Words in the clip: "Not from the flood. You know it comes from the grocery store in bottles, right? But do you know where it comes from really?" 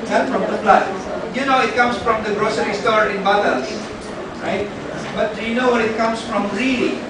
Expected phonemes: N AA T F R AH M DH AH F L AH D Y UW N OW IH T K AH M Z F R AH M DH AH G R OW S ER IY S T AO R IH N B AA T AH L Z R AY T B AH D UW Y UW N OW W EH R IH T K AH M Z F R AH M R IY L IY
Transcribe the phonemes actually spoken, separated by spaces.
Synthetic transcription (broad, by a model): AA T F R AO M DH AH P L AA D Y UW N OW IH T K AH M S F R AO M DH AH G R OW S ER IY S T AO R IH N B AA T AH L S R AY T B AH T Y UW N OW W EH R IH T K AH M S F R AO M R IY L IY